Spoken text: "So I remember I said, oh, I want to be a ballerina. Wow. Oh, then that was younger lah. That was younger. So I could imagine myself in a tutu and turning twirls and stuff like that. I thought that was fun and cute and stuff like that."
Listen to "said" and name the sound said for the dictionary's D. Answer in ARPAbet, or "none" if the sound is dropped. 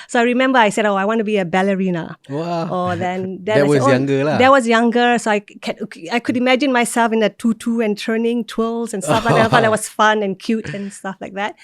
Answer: D